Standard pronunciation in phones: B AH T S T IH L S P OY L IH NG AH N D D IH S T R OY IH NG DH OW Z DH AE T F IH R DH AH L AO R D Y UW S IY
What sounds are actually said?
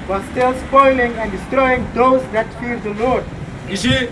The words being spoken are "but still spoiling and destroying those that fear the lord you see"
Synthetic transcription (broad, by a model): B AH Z S T IH L S P OY L IH NG AH N D D IH S T R OY IH NG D OW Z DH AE T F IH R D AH L AO R D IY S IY